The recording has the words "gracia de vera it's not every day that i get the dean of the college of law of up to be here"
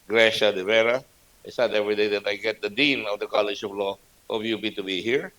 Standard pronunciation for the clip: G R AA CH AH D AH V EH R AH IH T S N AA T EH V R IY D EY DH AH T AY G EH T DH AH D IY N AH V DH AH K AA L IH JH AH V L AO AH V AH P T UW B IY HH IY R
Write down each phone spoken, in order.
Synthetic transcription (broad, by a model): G R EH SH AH D AH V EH R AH IH T S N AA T EH V R IY D EY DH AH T AY G EH T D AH D IY N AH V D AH K AA L IH JH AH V L AO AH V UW B T UW B IY HH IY R